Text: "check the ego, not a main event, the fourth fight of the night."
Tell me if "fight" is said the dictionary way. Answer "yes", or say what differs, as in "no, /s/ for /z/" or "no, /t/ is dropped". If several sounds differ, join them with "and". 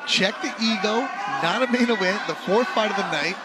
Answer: no, /p/ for /f/